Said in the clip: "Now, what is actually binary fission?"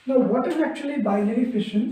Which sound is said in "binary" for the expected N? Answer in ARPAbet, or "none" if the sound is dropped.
L